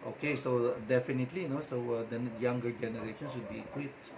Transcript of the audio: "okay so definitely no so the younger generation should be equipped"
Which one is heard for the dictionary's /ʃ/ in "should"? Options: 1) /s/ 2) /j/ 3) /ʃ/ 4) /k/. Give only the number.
1